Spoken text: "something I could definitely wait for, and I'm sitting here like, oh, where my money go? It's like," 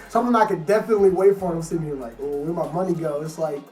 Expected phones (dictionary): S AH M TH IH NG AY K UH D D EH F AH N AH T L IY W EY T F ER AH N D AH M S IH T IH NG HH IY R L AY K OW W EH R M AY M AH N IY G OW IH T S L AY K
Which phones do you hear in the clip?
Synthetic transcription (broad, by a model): S AH M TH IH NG AY K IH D D EH F AH N AH T L IY W EY T F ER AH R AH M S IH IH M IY L AY K OW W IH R M AY M AH N IY G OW IH T S L AY K